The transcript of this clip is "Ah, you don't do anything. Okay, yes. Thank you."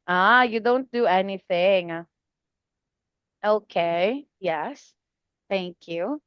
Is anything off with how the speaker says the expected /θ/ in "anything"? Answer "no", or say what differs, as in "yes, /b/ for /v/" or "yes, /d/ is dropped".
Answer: no